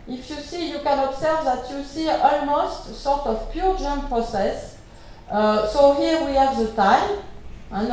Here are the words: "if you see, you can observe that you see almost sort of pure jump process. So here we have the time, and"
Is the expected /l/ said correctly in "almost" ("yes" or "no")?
yes